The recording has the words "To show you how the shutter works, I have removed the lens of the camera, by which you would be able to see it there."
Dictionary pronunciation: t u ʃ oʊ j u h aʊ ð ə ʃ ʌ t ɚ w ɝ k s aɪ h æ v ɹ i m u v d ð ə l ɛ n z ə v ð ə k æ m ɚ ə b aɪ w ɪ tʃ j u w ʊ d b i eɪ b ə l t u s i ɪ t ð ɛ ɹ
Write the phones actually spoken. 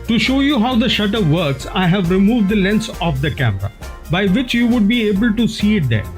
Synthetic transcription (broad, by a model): t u ʃ oʊ j u h aʊ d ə ʃ ʌ t ɚ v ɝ k s aɪ h æ v ɹ i m u v d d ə l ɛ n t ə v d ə k æ m ɚ ə b aɪ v ɪ tʃ j u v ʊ d b i eɪ b ə l t u s i ɪ t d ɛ ɹ